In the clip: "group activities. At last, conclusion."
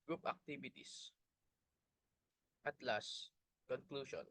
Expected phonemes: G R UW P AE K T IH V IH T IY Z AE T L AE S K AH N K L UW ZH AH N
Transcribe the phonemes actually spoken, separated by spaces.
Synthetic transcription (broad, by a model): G R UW P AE K T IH B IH T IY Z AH T L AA S K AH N K L UW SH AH N